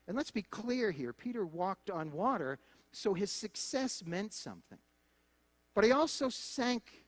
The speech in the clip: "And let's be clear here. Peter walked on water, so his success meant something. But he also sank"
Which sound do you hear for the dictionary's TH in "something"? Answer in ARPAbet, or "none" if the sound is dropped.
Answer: TH